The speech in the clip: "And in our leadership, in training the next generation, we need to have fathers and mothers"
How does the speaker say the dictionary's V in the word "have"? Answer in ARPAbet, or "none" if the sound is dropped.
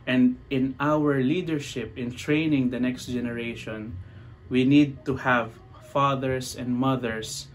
V